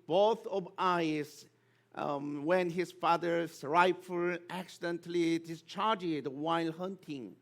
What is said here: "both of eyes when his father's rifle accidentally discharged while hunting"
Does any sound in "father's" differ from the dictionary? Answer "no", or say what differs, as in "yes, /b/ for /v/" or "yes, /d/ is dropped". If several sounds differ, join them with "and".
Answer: yes, /s/ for /z/